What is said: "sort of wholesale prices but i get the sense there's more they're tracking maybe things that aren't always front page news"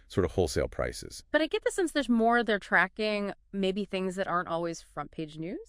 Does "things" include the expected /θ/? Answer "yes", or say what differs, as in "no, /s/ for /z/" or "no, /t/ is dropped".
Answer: yes